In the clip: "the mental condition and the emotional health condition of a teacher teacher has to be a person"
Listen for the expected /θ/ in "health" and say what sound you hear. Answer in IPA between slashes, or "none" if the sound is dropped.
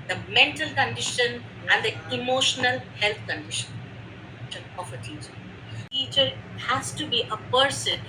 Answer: /t/